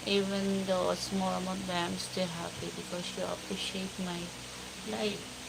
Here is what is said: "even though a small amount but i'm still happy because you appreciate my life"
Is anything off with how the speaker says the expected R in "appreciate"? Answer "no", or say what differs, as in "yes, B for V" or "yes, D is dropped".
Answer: yes, R is dropped